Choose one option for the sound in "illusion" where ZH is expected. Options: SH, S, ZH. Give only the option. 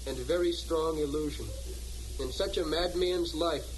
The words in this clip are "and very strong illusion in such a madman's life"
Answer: ZH